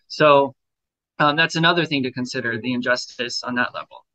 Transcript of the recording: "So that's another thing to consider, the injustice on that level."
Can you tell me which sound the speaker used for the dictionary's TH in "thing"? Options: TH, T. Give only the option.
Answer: TH